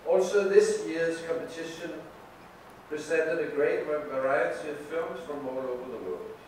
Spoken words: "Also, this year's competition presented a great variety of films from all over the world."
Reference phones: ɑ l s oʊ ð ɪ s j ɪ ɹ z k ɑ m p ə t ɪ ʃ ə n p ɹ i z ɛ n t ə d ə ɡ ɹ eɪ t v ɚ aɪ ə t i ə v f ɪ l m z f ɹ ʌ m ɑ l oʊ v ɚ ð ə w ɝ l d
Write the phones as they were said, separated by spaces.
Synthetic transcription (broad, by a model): ɑ l s oʊ ð ɪ s j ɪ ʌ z k ɑ m p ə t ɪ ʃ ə n p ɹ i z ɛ n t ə d ə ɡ ɹ eɪ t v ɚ aɪ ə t i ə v f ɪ m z f ɹ ʌ m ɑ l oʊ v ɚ ð ə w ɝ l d